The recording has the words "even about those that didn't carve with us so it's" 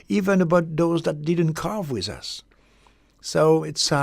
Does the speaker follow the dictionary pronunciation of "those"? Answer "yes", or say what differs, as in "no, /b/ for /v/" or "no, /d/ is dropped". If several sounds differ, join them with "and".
yes